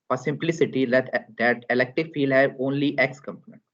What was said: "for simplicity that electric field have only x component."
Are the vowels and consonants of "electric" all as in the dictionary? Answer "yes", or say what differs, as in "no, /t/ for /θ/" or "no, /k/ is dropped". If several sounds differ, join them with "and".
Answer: no, /ɹ/ is dropped